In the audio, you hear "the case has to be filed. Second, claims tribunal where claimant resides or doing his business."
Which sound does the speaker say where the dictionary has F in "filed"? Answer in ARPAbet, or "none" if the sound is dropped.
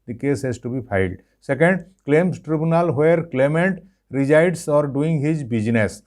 P